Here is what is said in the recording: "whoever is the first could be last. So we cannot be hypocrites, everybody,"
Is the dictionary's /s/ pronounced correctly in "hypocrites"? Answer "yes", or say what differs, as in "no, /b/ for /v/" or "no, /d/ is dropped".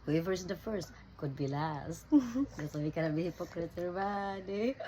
no, /s/ is dropped